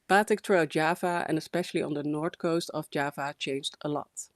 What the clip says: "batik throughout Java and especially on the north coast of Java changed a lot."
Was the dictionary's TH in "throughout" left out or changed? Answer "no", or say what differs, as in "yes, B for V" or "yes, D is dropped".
yes, T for TH